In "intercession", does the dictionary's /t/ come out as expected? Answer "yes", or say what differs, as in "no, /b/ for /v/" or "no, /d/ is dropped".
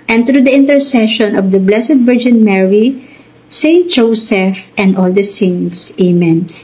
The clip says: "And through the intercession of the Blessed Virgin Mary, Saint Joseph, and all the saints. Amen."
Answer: yes